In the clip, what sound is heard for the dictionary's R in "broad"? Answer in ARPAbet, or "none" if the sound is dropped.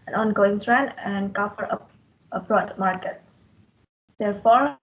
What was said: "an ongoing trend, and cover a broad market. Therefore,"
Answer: R